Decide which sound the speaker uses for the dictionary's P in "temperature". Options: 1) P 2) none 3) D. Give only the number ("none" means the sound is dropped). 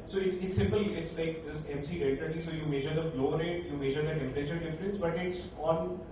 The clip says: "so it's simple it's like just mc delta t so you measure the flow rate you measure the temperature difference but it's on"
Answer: 2